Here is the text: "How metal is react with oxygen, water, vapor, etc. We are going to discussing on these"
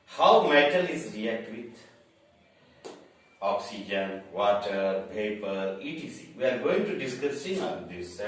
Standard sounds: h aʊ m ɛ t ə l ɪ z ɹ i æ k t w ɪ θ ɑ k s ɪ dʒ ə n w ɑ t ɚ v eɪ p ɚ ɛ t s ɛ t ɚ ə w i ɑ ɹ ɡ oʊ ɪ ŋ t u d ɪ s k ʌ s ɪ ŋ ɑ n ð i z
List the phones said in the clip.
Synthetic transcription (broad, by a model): h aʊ m ɛ t ə l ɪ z ɹ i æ k t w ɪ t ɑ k s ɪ dʒ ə n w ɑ t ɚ p eɪ p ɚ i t i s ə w i ɑ ɹ ɡ oʊ ɪ ŋ t u d ɪ s k ʌ s ɪ ŋ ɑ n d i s